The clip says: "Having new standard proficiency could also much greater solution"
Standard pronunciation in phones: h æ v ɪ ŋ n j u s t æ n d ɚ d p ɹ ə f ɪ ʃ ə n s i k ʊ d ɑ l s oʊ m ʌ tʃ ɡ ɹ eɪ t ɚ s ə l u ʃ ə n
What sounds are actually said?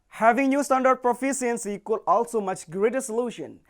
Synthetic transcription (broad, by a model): h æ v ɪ ŋ n j u s t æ n d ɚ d p ɹ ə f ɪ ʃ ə n s i k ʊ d ɑ l s oʊ m ʌ tʃ ɡ ɹ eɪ t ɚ s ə l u ʃ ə n